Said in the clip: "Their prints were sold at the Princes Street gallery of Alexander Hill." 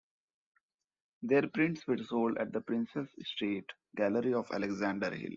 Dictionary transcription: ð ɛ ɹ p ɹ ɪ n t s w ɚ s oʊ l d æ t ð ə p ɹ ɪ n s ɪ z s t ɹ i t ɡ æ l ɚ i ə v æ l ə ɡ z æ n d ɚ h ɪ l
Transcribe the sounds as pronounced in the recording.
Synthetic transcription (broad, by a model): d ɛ ɹ p ɹ ɪ n t s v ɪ s oʊ l d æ t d ə p ɹ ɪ n s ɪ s s t ɛ t ɡ æ l ɚ i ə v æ l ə ɡ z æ n d ɚ h ɪ l